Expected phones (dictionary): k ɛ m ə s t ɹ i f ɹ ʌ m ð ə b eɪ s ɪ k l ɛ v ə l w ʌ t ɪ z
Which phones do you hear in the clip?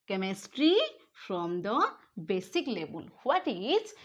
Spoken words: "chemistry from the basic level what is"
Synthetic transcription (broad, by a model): k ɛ m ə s t ɹ i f ɹ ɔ m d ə b eɪ s ɪ k l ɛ b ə l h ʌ t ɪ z